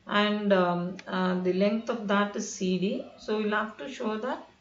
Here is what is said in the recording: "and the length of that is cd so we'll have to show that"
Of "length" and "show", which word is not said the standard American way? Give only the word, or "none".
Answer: length